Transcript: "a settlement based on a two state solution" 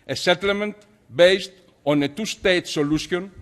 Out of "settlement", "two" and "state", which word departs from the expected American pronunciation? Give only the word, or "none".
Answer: none